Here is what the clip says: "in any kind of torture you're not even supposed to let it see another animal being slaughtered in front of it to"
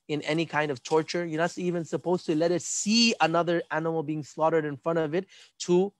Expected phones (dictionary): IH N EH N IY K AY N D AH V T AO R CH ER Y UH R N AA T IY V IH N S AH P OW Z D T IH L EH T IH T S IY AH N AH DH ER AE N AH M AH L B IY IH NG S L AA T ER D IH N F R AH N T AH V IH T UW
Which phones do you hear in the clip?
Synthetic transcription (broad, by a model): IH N EH N IY K AY N D AH V T AO R CH ER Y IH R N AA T IY V IH N S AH P OW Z T IH L EH T IH T S IY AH N AH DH ER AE N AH M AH L B IY IH NG S L AA T ER D IH N F R AH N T AH V IH T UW